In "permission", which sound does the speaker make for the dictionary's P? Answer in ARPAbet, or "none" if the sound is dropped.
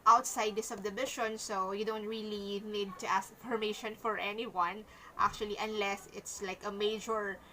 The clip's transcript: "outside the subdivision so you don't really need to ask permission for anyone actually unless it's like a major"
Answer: F